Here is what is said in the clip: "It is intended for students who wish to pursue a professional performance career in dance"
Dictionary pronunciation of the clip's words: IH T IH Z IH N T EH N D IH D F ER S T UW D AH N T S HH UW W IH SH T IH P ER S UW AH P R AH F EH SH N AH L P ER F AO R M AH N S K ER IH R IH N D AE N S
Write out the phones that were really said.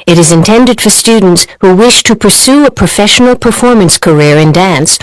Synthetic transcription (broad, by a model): IH T IH Z IH N T EH N D IH D F ER S T UW D N T S HH UW W IH SH T IH P ER S UW AH P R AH F EH SH N L P ER F AO R M AH N S K ER IH R IH N D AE N S